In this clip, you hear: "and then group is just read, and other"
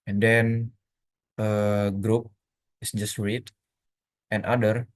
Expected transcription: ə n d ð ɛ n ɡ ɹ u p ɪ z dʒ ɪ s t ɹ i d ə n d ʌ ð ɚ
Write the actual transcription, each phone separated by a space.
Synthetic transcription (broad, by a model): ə n d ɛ n ɡ ɹ u p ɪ s dʒ ɪ s t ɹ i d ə n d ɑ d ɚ